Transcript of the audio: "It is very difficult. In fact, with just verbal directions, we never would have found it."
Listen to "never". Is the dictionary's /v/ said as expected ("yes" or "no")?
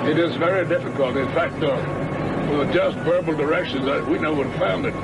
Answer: no